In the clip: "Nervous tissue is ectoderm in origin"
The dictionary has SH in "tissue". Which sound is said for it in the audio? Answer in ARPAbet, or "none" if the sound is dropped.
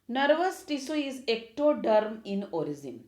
S